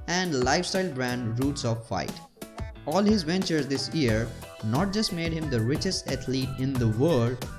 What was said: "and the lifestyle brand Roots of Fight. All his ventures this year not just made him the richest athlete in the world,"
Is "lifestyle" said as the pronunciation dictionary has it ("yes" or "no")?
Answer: yes